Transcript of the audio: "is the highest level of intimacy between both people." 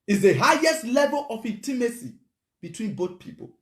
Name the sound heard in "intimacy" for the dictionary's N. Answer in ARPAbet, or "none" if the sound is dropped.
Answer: none